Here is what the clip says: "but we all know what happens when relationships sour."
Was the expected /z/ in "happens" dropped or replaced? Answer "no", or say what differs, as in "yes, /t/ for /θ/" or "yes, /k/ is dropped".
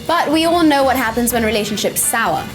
no